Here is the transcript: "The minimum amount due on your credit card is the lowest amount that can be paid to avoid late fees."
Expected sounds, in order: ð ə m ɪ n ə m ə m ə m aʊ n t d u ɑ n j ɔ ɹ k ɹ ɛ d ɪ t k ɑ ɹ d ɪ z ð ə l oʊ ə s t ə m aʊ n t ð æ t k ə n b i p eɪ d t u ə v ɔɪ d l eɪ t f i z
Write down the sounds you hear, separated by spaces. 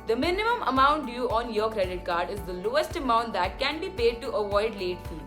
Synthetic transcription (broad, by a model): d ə m ɪ n ə m ə m ə m aʊ n t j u ɑ n j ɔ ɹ k ɹ ɛ d ɪ t k ɑ ɹ d ɪ z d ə l oʊ ə s t ə m aʊ n t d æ t k ə n b i p eɪ d t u ə v ɔɪ d l eɪ t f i